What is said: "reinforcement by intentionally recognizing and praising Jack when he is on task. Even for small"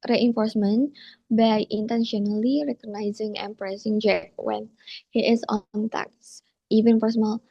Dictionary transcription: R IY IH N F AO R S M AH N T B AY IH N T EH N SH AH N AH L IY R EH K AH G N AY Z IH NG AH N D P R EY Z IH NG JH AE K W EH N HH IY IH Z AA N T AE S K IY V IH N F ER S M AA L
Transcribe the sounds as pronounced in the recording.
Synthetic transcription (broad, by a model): R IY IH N F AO R S M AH N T B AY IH N T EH N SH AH N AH L IY R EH K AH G N AY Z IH NG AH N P R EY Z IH NG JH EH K W EH N HH IY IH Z AA N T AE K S IY V IH N P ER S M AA L